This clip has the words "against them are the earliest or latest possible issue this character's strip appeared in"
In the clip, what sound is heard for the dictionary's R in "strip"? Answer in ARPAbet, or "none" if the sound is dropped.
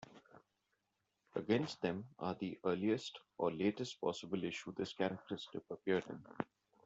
none